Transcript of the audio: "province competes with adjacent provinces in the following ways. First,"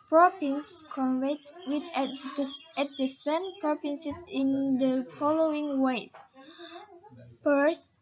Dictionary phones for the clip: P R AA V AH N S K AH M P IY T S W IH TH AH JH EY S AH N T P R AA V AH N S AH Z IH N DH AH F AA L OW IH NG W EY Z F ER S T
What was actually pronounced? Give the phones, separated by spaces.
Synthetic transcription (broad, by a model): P R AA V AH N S K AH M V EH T W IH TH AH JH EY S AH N P R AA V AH N S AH S IH N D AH F AA L OW IH NG W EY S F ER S